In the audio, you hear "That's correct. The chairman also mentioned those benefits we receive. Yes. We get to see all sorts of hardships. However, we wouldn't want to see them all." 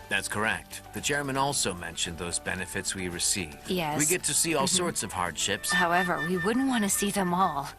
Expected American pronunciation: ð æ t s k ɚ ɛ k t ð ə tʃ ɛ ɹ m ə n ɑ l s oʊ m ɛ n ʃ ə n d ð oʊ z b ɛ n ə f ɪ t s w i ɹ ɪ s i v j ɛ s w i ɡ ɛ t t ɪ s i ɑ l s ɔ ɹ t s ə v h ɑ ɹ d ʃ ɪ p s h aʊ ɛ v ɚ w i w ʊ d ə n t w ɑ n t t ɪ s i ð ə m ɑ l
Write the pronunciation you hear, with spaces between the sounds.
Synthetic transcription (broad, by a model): ð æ t s k ɚ ɛ k t ð ə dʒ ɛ ɹ m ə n ɑ l s oʊ m ɛ n ʃ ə n ð oʊ z b ɛ n ə f ɪ t s w i ɹ ɪ s i v j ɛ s w i ɡ ɛ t t ɪ s i ɑ l s ɔ ɹ t s ə v h ɑ ɹ d ʃ ɪ p s h aʊ ɛ v ɚ w i w ʊ d n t w ɑ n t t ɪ s i ð ə m ɑ l